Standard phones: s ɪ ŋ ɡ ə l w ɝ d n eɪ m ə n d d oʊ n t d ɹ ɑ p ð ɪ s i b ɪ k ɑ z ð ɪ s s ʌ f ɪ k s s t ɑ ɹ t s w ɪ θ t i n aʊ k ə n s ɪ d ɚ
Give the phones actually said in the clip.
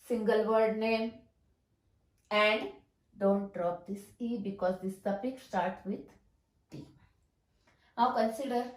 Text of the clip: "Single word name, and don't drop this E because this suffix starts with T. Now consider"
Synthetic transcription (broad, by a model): s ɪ ŋ ɡ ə l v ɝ d n eɪ m ə n d d oʊ n t d ɹ ɑ p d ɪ s i b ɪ k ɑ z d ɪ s s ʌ p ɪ k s s t ɑ ɹ t s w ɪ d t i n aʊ k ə n s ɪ d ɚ